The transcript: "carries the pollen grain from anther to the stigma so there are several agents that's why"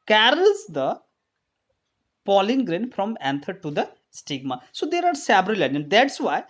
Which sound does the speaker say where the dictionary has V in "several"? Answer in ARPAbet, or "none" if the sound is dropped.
B